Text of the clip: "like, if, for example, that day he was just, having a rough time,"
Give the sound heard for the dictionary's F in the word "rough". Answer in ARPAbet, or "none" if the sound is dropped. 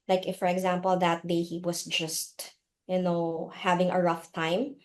F